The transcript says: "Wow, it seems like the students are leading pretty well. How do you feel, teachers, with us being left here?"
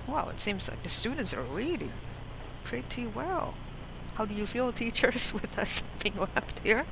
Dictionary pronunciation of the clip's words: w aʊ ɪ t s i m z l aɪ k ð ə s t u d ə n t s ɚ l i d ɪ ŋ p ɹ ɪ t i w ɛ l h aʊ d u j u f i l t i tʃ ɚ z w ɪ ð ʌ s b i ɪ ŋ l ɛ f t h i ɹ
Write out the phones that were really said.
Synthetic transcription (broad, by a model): w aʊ ɪ t s i m z l aɪ k ð ə s t u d n t s ɚ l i d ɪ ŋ p ɹ ɪ t i w ɛ l h aʊ d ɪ j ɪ f i l t i tʃ ɚ z w ɪ ð ʌ s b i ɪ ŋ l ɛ p t h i ɹ